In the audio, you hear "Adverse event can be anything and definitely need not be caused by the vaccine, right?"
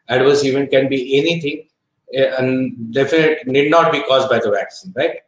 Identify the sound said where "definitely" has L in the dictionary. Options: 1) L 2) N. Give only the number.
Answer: 2